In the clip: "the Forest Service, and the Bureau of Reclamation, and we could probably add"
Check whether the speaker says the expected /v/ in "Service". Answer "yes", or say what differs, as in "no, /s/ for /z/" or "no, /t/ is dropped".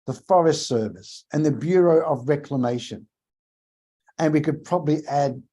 yes